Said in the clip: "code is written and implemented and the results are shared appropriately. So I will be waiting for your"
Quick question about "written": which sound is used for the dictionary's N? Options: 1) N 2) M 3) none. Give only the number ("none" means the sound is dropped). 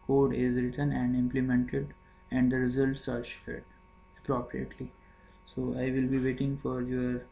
1